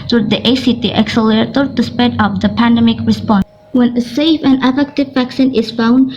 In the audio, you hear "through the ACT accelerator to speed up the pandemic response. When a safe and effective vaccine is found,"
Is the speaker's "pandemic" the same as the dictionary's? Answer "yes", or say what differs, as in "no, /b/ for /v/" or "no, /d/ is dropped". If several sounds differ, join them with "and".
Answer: yes